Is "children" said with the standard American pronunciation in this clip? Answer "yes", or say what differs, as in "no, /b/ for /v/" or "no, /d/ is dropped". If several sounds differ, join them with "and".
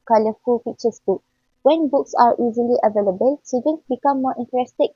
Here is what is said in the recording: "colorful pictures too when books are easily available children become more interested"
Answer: no, /l/ is dropped and /ɹ/ is dropped